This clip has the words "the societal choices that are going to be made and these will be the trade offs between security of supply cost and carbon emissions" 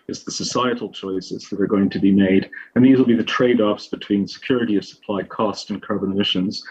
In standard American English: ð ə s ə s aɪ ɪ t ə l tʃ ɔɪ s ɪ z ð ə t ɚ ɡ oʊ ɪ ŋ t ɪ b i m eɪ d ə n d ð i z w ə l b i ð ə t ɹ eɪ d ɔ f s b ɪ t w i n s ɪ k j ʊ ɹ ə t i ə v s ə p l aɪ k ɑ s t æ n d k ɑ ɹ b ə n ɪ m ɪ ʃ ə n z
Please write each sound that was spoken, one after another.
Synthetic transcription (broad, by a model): ð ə s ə s aɪ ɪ t l tʃ ɔɪ s ɪ z ð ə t ɚ ɡ oʊ ɪ ŋ t ɪ b i m eɪ d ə n ð i z w ə l b i ð ə t ɹ eɪ d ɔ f s b ɪ t w i n s ɪ k j ʊ ɹ ə t i ə v s ə p l aɪ k ɑ s t n k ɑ ɹ b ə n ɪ m ɪ ʃ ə n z